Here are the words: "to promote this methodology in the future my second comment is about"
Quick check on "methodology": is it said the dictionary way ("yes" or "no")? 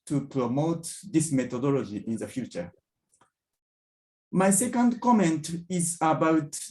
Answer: no